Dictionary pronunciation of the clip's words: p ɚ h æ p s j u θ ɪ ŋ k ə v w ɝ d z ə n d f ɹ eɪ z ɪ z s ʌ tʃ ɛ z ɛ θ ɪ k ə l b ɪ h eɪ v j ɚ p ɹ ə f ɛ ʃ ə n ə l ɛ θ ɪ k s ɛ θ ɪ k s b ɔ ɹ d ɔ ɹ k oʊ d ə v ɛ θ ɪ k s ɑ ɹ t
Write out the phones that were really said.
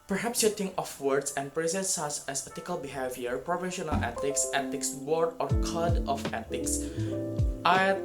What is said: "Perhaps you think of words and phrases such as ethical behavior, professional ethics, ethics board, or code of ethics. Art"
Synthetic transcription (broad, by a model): p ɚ h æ p s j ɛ t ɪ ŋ ə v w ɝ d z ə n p ɹ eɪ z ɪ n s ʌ s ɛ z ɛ t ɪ k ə l b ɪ h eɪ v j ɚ p ɹ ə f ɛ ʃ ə n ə l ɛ t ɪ k s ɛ t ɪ k s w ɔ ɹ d ɔ ɹ k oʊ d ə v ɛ t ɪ k s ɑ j